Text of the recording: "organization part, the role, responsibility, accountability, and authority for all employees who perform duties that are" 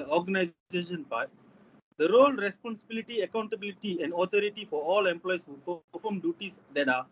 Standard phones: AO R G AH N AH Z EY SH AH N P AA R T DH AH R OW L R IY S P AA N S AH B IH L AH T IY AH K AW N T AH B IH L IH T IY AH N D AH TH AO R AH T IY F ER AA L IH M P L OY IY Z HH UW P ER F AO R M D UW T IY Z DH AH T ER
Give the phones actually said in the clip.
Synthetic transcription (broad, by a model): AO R G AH N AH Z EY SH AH N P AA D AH R OW L R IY S P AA N S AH B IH L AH T IY AH K AW N T AH B IH L IH T IY AH N D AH T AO R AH T IY F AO AA L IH M P L OY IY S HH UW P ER AO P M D UW T IY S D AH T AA